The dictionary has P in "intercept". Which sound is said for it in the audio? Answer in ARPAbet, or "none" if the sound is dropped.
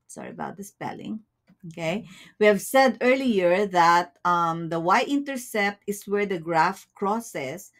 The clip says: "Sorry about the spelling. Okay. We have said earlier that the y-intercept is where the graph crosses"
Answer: P